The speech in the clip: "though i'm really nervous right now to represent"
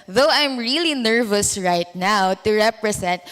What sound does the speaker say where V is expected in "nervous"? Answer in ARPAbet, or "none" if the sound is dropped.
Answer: V